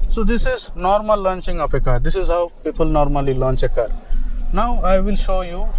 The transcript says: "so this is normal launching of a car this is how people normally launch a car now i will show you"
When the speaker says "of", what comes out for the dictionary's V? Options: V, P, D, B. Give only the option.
P